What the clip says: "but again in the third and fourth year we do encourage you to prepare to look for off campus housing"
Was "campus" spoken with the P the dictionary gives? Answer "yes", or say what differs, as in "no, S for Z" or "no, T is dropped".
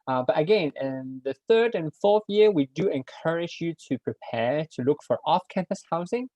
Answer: yes